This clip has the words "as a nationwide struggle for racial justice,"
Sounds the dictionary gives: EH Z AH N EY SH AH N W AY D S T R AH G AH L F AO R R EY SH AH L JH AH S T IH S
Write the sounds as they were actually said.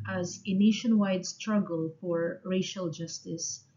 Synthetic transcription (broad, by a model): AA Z AH N EY SH AH N W AY D S T R AH G AH L F AO R R EY SH AH L JH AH S T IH S